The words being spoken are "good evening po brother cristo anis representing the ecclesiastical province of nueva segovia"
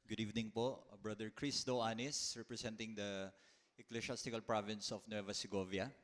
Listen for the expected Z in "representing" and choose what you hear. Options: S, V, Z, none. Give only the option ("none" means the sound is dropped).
S